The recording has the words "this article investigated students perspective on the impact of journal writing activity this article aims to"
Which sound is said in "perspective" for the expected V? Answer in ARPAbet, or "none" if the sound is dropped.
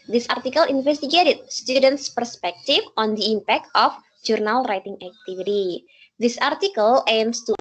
F